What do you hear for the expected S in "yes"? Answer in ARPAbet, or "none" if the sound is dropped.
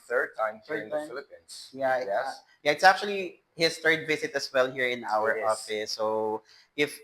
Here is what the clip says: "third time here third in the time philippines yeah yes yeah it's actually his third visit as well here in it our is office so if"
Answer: none